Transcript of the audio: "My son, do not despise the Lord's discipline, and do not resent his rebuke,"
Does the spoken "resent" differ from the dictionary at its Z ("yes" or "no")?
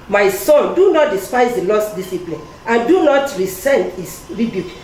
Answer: yes